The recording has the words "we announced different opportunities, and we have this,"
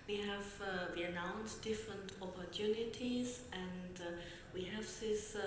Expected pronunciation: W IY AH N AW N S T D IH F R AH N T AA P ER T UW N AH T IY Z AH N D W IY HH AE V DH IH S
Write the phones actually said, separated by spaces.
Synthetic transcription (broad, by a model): W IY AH N AW N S D IH F R AH N T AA P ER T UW N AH T IY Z AH N D W IY HH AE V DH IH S